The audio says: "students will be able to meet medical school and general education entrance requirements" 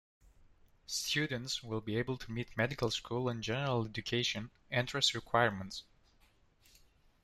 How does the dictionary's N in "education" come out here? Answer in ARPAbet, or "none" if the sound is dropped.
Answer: N